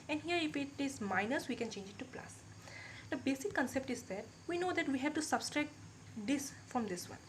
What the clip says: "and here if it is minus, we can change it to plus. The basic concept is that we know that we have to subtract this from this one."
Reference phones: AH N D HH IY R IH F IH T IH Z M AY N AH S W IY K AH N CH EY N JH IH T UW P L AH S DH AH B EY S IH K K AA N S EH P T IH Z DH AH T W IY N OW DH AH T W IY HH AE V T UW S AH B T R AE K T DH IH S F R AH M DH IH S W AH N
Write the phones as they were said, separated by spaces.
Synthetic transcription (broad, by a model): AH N D HH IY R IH P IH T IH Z M AY N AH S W IY K AH N CH EY N JH IH T UW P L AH S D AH B EY S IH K K AA N S EH P T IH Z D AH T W IY N OW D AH T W IY HH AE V T UW S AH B T R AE K T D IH S F R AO M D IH S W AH N